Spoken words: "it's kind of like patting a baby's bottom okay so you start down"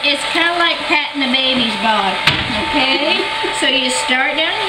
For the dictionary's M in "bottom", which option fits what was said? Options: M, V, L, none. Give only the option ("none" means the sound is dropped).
none